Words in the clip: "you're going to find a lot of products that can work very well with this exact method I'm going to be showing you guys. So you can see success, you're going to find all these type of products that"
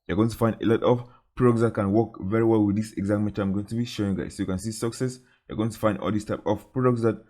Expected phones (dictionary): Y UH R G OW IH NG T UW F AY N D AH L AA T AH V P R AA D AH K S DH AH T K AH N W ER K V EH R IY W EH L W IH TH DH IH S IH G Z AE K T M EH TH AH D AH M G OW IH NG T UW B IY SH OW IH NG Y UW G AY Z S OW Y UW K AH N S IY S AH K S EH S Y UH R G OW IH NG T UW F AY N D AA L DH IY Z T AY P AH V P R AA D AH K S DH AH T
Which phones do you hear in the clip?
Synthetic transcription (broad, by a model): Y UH G OW IH NG T UW F AY N D AH L AA T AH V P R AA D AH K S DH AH T K AH N W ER K V EH R IY W EH L W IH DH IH S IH G Z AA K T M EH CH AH AH M G OW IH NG T UW B IY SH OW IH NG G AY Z S OW Y UW K AH N S IY S AH K S EH S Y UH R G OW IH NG T UW F AY N D AA L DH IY S T AY P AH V P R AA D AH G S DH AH T